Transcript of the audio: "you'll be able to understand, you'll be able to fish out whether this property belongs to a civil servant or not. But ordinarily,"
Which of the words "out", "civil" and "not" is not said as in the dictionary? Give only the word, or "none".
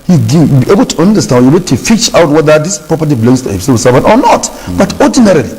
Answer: civil